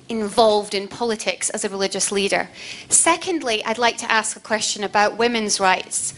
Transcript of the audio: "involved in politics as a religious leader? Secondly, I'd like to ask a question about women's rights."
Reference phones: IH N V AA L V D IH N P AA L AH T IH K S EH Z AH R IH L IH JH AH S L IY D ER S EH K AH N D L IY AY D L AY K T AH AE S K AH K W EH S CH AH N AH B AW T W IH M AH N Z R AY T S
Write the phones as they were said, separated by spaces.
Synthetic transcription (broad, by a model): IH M V AA L V D IH N P AA L AH T IH K S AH Z AH R IH L IH JH AH S L IY D ER S EH K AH N D L IY AY D L AY K T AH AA S K AH K W EH S CH AH N AH B AW T W IH M AH N Z R AY T S